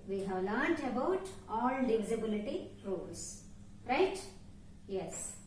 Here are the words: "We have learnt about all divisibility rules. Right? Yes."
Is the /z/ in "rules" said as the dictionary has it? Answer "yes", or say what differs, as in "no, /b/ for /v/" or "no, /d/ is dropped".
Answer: no, /s/ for /z/